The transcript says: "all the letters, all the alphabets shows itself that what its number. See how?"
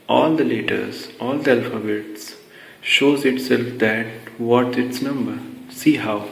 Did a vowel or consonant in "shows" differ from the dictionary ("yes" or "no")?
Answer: no